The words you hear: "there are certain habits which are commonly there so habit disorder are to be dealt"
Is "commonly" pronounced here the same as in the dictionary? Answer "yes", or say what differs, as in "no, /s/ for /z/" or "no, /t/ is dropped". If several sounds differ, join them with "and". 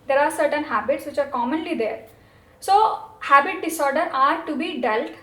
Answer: yes